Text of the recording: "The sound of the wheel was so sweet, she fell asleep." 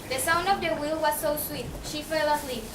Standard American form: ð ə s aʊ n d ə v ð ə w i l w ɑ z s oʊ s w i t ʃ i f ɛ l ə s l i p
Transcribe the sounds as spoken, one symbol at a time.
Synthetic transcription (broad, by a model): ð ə s aʊ n d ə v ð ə w i l w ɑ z s oʊ s w i t ʃ i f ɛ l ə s l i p